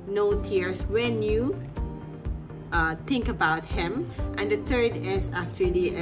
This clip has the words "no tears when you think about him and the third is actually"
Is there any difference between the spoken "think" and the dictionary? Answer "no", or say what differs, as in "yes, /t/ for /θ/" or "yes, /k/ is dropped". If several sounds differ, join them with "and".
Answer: yes, /t/ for /θ/